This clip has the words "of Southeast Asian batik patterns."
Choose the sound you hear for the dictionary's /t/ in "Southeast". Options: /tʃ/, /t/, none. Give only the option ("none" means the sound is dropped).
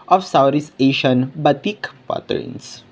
none